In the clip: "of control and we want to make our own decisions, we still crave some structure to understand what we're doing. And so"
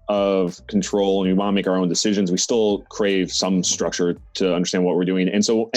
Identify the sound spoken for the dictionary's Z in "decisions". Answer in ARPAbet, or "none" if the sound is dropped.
Z